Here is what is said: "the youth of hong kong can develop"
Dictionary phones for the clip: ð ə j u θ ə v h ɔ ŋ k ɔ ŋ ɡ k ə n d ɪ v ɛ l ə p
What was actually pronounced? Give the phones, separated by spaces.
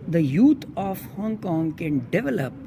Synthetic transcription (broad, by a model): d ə j u t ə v h ɔ ŋ k ɔ ŋ ɡ k ə n d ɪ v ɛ l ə p